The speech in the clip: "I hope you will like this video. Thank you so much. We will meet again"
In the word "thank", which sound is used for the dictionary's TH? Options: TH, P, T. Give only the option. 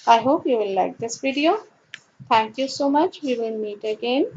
T